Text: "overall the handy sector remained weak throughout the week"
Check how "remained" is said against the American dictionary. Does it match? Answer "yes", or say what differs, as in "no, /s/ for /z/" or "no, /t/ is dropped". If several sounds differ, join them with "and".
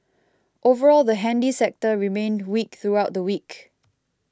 yes